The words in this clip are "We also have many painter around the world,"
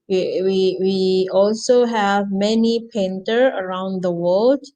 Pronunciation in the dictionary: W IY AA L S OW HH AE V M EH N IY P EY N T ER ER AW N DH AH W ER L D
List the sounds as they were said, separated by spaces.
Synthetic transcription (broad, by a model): W IY AA L S OW HH AE V M EH N IY P EY N T ER ER AW N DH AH W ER L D